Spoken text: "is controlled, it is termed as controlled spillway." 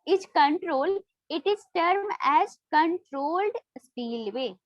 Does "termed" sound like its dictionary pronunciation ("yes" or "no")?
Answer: no